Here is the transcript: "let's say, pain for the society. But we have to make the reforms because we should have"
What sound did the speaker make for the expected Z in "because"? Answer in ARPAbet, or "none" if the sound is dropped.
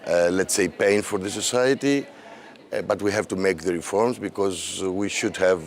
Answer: Z